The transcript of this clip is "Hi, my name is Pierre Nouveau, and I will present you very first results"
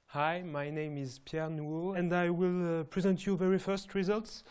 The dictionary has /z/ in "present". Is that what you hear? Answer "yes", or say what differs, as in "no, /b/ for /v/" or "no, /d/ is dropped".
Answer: yes